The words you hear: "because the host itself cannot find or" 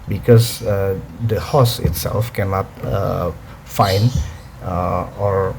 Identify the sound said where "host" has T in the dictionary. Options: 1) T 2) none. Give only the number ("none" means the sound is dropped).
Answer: 2